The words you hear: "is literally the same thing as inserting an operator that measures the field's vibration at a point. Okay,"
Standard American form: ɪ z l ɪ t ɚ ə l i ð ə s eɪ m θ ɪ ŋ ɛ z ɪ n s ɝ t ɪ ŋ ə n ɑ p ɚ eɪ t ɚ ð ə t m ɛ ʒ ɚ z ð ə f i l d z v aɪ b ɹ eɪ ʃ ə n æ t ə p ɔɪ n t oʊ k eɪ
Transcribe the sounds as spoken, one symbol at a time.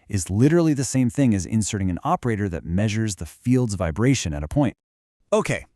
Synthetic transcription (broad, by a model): ɪ z l ɪ t ɚ l i ð ə s eɪ m θ ɪ ŋ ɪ z ɪ n s ɝ t ɪ ŋ ə n ɑ p ɚ eɪ t ɚ ð ə t m ɛ ʒ ɚ z ð ə f i l d z v aɪ b ɹ eɪ ʃ ə n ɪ t ə p ɔɪ n t oʊ k eɪ